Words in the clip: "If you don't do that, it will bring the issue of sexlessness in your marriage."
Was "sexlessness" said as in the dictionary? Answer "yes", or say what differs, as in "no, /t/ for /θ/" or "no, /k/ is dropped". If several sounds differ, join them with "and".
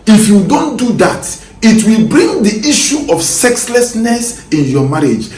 yes